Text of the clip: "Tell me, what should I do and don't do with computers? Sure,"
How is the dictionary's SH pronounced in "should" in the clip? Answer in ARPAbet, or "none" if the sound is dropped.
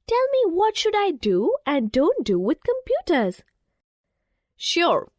SH